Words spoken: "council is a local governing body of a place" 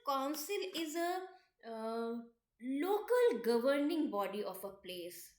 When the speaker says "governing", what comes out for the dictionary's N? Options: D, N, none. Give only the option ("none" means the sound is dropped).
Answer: N